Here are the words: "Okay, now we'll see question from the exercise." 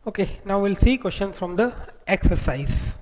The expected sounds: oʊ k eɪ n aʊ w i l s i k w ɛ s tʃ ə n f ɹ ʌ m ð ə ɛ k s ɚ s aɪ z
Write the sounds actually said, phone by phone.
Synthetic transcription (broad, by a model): oʊ k eɪ n aʊ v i l s i k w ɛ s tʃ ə n f ɹ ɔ m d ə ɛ k s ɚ s aɪ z